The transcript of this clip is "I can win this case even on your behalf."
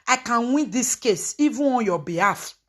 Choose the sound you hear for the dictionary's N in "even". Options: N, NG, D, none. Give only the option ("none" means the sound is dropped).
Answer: none